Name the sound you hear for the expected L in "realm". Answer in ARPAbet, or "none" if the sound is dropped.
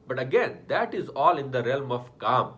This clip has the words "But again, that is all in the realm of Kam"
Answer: L